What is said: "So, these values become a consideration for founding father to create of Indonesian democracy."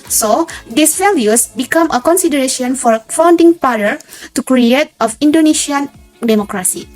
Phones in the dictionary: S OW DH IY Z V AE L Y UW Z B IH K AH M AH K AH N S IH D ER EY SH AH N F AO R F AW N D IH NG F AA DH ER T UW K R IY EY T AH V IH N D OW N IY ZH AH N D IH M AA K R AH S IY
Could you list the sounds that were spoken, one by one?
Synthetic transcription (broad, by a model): S OW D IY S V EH L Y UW S B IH K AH M AH K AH N S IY D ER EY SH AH N F AO R F AW N D IH NG P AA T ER T UW K R IY EY T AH F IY N D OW N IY SH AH N D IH M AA K R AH S IY